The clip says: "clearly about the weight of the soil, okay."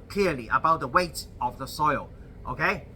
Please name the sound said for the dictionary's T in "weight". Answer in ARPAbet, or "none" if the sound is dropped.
T